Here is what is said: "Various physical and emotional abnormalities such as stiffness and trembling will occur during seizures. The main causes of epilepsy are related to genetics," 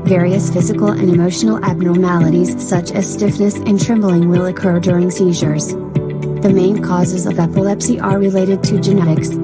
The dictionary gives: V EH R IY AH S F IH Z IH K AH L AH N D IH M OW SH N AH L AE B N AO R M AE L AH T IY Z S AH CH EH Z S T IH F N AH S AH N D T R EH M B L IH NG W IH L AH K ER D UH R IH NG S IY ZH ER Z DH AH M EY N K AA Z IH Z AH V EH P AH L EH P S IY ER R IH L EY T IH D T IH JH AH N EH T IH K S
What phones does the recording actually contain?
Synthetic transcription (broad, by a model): V EH R IY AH S F IH Z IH K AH L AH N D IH M OW SH N L AE B N AO R M AE L AH T IY Z S AH CH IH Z S T IH F N AH S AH N T R EH M B L IH NG W IH L AH K ER D UH R IH NG S IY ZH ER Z DH AH M EY N K AA Z IH Z AH V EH P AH L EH P S IY ER R IH L EY T IH D T IH JH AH N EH T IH K S